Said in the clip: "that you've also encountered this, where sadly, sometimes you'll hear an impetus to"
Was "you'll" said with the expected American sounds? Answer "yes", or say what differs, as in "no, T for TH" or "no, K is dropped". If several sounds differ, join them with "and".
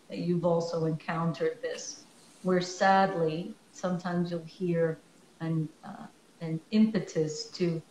yes